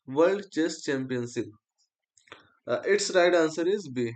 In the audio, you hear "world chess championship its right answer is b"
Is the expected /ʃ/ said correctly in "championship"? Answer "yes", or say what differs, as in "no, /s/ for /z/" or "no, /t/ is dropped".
no, /s/ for /ʃ/